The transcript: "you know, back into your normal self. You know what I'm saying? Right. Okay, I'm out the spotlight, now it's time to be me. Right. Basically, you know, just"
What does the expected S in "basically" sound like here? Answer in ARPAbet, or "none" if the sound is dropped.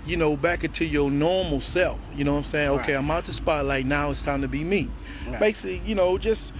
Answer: none